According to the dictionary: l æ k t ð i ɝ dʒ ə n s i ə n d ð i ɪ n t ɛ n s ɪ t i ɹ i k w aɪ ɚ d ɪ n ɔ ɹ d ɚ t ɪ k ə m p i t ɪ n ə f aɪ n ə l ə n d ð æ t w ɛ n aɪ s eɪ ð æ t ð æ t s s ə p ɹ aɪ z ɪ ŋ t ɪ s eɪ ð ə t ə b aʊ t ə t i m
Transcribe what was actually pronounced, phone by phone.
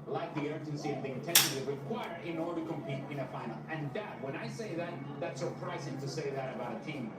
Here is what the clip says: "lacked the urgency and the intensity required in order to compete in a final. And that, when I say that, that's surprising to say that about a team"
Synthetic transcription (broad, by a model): l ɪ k ð i ɝ dʒ ə n s i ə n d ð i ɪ n t ɛ n ʃ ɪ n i ɹ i k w aɪ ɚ ɪ n ɔ ɹ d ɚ t ɪ k ə m p i t ɪ n ə f aɪ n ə l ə n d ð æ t w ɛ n aɪ s eɪ ð æ t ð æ t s s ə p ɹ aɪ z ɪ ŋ t ɪ s eɪ ð ə t ə b aʊ t ə t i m